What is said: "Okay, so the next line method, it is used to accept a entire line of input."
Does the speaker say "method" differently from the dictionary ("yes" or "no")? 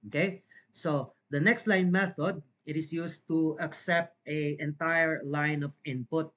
no